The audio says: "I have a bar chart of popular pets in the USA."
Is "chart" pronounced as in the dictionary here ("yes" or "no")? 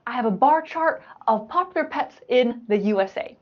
yes